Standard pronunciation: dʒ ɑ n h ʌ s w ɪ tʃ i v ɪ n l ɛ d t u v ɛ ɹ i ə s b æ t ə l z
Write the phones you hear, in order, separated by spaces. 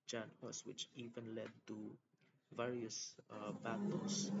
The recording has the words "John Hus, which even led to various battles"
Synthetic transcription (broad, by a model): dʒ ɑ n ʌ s w ɪ tʃ i v ɪ n l ɛ d t u v ɛ ɹ i ə s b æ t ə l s